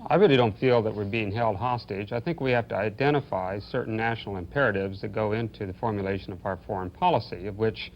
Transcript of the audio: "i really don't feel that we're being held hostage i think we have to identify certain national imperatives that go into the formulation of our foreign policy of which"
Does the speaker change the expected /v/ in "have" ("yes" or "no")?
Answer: yes